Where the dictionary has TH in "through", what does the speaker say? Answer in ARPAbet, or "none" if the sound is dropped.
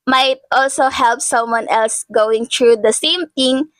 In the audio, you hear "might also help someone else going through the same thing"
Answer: T